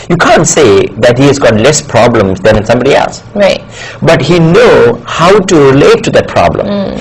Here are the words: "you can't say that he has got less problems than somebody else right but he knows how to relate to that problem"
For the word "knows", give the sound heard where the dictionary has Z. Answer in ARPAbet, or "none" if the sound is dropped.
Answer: none